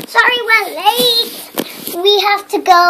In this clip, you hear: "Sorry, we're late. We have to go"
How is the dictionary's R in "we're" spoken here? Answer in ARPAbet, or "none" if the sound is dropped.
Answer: L